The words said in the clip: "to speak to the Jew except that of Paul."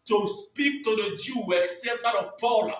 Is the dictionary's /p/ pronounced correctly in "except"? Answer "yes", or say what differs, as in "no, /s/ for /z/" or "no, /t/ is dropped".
no, /p/ is dropped